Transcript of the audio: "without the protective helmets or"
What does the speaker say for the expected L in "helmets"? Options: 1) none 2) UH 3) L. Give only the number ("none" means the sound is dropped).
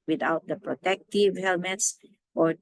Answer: 3